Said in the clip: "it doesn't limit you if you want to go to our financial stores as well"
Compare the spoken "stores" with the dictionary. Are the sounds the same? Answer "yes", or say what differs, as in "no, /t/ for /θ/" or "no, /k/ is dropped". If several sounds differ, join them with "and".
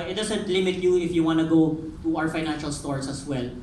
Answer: no, /s/ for /z/